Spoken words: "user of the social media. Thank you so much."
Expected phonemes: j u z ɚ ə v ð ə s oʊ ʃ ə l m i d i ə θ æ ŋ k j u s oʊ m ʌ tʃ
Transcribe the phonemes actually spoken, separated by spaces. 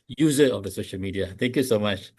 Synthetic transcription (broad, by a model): j u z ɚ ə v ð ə s oʊ ʃ ə l m i d i ə t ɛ ŋ k j u s oʊ m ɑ tʃ